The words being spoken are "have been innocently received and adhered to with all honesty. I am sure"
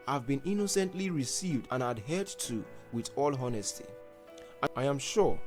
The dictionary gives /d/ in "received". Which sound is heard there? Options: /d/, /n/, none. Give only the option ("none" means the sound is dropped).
/d/